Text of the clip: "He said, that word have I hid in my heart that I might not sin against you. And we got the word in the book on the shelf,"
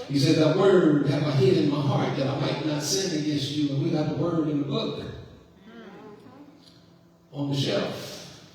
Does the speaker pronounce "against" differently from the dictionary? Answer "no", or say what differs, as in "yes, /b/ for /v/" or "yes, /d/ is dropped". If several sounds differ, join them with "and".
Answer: yes, /n/ is dropped